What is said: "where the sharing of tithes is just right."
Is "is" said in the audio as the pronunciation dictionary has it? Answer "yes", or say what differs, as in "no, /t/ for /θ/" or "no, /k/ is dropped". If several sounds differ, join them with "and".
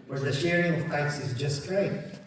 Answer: yes